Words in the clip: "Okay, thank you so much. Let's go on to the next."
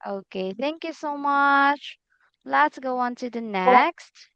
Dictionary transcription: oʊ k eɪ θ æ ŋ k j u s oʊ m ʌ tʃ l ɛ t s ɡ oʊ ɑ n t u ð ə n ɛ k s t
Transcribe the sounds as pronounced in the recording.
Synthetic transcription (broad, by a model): oʊ k eɪ θ æ ŋ k j u s oʊ m ʌ tʃ l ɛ t s ɡ oʊ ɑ n t u ð ə n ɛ k s t